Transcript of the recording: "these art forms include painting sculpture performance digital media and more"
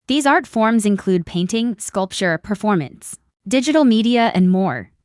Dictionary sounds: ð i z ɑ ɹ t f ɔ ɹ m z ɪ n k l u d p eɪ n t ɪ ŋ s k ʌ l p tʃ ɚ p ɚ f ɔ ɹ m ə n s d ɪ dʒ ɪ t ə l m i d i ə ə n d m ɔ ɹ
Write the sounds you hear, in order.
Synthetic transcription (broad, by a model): ð i z ɑ ɹ t f ɔ ɹ m z ɪ n k l u d p eɪ n t ɪ ŋ s k ʌ l p tʃ ɚ p ɚ f ɔ ɹ m ə n s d ɪ dʒ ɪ t l m i d i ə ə n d m ɔ ɹ